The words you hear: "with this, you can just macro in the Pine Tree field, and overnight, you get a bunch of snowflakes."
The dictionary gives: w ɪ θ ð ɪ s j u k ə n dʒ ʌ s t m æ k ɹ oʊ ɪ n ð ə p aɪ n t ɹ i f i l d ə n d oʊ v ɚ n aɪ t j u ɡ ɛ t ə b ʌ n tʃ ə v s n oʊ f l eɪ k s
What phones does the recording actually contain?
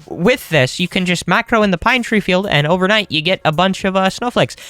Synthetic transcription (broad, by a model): w ɪ ð ɪ s j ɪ k ə n dʒ ʌ s t m æ k ɹ oʊ ɪ n ð ə p aɪ n t ɹ i f i l d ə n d oʊ v ɚ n aɪ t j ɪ ɡ ɛ t ə b ʌ n tʃ ə v s n oʊ f l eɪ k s